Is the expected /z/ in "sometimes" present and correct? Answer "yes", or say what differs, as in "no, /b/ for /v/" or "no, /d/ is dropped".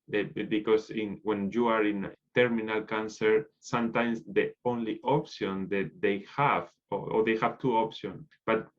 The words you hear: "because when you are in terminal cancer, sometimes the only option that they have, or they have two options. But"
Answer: no, /s/ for /z/